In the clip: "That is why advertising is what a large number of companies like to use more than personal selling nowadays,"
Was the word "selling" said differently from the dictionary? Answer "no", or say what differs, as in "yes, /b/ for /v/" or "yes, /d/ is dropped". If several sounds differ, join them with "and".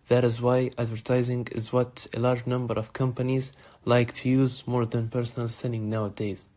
yes, /n/ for /l/